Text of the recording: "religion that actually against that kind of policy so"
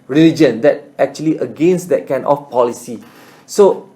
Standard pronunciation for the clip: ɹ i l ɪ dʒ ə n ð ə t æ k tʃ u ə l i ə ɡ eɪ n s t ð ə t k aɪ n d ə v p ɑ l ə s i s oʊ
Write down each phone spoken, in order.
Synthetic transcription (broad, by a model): ɹ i l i dʒ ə n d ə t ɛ k tʃ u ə l i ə ɡ eɪ n s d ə t k aɪ n ə f p ɑ l ə s i s oʊ